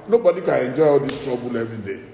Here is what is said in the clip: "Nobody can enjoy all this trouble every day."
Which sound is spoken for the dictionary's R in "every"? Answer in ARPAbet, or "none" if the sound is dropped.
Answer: none